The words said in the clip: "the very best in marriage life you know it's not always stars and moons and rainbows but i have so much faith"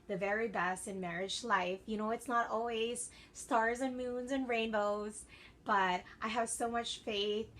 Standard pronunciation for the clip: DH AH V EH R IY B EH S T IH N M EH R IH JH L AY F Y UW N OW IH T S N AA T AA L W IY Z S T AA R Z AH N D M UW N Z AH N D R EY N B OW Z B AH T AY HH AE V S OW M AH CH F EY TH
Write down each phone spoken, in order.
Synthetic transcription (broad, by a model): DH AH V EH R IY B EH S T IH N M EH R IH JH L AY F Y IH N OW IH T S N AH T AA L W IY Z S T AA R Z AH N M UW N Z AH N R EY N B OW Z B AH T AY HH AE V S OW M AH CH F EY TH